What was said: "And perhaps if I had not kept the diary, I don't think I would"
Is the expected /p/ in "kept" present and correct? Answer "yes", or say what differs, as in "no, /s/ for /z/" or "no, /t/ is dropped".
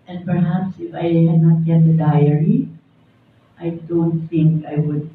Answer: no, /p/ is dropped